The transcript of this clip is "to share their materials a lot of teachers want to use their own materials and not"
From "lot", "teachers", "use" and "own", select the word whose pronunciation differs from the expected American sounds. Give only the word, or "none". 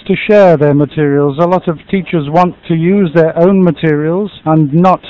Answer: none